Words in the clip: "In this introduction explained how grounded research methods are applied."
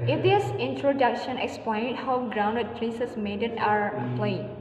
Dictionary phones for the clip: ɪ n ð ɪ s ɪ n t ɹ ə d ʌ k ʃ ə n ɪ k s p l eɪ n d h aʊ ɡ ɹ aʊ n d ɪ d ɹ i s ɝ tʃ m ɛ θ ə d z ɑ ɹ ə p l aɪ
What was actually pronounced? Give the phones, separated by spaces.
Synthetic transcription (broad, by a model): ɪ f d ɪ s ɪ n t ɹ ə d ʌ k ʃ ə n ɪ k s p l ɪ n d h aʊ ɡ ɹ aʊ n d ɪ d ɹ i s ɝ s m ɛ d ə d ɑ ɹ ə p l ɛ